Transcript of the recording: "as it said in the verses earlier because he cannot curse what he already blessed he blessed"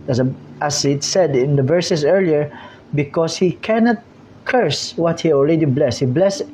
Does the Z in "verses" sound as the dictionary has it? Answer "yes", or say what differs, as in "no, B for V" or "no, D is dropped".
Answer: no, S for Z